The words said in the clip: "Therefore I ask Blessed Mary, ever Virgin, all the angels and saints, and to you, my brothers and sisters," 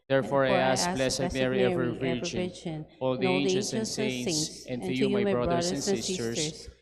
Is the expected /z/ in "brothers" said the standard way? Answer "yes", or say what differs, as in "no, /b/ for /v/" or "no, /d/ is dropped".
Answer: no, /z/ is dropped